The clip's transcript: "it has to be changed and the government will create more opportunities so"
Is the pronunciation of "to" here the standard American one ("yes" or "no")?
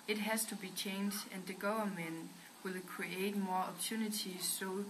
yes